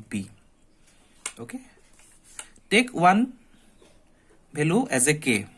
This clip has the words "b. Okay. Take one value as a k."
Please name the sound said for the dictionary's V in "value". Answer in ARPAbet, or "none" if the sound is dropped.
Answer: B